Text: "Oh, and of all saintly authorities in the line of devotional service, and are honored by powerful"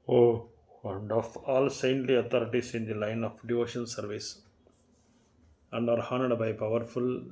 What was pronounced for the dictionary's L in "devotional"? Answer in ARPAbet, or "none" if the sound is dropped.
N